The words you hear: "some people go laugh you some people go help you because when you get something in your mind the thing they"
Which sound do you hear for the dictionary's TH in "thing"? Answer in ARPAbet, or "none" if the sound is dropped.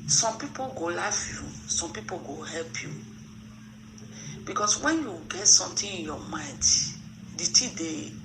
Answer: T